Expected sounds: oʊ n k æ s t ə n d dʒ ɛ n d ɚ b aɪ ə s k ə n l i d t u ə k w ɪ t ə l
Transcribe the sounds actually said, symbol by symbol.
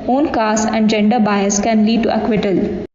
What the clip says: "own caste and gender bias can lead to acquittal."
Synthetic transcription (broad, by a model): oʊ n k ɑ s ə n d dʒ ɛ n d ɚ b aɪ ə s k ə n l i d t u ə k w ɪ t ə l